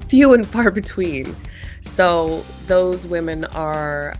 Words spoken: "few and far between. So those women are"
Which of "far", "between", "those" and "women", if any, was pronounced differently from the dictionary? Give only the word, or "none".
none